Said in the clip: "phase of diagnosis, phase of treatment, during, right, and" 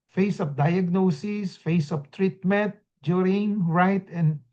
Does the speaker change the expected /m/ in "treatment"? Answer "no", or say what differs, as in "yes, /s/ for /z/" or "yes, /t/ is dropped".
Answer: no